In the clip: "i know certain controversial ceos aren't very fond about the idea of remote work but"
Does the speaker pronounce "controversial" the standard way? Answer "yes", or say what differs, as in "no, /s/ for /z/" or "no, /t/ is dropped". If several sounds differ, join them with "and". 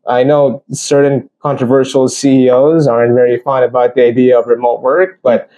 yes